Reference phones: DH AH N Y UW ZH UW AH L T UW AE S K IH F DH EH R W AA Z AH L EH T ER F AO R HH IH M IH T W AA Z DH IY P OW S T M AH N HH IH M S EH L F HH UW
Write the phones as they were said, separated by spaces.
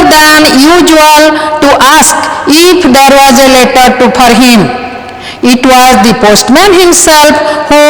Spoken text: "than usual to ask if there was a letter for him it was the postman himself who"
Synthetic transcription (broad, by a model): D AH N Y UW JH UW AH L T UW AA S K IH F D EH R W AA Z AH L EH T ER P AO R HH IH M IH T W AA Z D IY P OW S T M AH N HH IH M S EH L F HH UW